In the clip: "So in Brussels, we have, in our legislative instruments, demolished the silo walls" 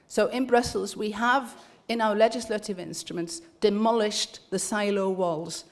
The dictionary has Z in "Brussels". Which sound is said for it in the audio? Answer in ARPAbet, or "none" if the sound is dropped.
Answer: Z